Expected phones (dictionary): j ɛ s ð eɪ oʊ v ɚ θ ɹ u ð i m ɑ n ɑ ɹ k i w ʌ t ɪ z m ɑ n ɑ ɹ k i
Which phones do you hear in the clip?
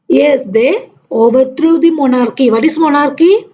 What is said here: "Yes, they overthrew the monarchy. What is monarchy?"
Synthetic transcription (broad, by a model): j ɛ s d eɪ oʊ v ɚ t ɹ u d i m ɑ n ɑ ɹ k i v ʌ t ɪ s m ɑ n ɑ ɹ k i